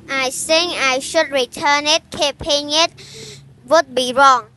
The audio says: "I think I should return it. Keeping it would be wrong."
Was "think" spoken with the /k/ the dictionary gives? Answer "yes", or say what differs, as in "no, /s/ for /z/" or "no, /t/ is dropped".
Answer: no, /k/ is dropped